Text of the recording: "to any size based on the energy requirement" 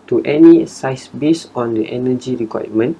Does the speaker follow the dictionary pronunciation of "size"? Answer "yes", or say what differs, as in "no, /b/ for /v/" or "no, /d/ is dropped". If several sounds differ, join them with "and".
no, /s/ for /z/